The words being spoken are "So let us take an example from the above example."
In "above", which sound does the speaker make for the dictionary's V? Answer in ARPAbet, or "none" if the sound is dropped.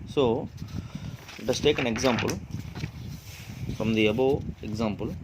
none